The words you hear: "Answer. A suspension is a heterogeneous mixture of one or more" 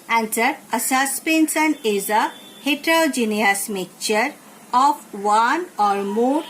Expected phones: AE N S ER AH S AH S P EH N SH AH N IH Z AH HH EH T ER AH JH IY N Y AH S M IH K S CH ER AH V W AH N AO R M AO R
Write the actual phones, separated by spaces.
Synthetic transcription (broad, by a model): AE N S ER AH S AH S P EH N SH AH N IH Z AH HH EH T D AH JH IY N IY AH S M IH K CH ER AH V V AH N AO R M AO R